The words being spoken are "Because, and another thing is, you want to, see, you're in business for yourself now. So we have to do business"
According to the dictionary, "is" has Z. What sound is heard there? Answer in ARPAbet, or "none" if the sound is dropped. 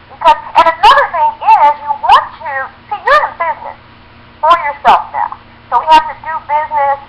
Z